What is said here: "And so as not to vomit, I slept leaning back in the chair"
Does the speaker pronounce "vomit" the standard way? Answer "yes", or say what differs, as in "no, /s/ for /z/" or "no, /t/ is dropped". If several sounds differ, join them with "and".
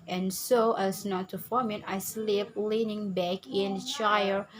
no, /f/ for /v/